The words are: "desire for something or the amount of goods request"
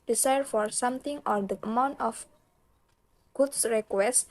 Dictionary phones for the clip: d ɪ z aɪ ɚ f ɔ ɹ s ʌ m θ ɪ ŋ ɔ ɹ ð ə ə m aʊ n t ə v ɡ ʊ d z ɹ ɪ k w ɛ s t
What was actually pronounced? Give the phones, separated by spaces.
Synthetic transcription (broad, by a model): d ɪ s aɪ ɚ f ɔ ɹ s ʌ m t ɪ ŋ ɔ ɹ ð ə ə m aʊ n t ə f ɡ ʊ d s ɹ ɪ k w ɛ s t